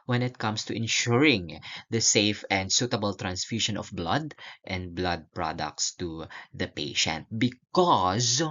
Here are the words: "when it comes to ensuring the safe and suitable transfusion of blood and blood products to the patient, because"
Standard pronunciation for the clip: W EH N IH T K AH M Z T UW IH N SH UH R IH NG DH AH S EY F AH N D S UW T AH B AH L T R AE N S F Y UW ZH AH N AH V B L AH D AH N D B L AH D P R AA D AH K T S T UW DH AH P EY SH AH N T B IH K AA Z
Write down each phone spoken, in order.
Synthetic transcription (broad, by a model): W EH N IH T K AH M S T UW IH N SH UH R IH NG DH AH S EY F AH N D S UW T AH B AH L T R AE N S F Y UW SH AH N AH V B L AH D AH N D B L AH D P R AA D AH K T S T UW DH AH P EY SH AH N T B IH K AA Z